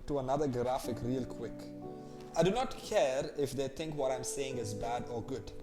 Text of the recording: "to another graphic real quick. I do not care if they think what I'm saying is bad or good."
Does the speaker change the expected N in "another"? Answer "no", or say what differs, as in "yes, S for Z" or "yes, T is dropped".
no